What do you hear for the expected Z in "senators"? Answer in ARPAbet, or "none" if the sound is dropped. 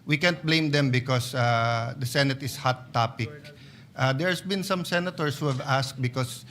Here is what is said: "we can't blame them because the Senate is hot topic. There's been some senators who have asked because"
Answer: S